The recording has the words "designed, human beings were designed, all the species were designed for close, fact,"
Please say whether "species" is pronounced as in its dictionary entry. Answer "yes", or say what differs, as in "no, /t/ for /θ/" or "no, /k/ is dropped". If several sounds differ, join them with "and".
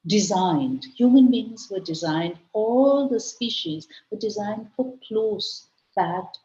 yes